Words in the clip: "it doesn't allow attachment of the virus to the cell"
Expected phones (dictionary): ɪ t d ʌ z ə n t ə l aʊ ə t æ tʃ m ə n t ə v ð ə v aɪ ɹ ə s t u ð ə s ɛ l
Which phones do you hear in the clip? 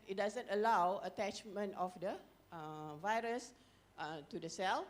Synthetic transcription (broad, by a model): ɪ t d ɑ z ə n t ə l aʊ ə t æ tʃ m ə n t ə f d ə v aɪ ɹ ə s t u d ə s ɛ l